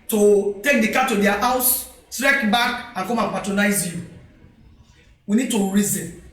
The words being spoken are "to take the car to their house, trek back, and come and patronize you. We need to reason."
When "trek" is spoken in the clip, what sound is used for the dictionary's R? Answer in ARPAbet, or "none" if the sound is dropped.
R